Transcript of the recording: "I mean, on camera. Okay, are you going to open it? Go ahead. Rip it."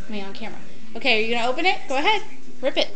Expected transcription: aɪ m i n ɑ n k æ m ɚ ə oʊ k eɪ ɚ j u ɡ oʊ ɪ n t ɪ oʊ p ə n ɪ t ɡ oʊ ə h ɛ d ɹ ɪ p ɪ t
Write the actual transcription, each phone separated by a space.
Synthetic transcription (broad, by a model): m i ɑ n k æ m ɚ ə oʊ k eɪ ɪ j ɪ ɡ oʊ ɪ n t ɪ oʊ p ə n ɪ t ɡ oʊ ə h ɛ d ɹ ɪ p ɪ t